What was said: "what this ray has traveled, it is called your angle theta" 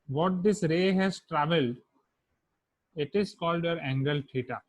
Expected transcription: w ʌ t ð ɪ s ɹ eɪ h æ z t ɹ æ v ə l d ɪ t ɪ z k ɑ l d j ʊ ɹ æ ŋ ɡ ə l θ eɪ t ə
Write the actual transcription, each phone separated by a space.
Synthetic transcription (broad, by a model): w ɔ t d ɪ s ɹ eɪ h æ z t ɹ æ v ə l d ɪ t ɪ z k ɑ l d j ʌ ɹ æ ŋ ɡ ə l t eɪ t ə